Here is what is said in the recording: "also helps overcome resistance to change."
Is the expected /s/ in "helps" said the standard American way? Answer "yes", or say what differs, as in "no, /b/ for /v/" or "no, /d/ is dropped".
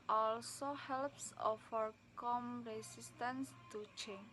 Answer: yes